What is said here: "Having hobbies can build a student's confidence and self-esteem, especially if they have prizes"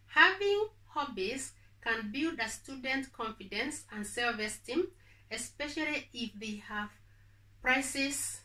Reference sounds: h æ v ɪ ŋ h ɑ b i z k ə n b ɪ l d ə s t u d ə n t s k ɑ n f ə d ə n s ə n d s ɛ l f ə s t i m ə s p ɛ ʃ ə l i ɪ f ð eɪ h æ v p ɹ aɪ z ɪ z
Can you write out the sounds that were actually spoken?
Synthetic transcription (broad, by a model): h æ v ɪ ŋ h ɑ b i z k ə n b ɪ l d ə s t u d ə n t k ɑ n f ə d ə n s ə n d s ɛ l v ə s t i m ə s p ɛ ʃ ə l i ɪ f ð eɪ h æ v p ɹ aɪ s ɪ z